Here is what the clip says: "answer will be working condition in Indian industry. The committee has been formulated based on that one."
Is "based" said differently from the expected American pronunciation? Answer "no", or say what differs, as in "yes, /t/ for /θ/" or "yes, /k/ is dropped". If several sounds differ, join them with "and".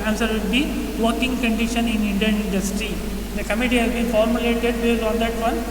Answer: yes, /s/ is dropped